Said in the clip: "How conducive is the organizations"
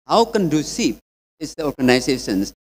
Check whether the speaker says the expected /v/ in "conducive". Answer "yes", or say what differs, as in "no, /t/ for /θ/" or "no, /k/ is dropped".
no, /p/ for /v/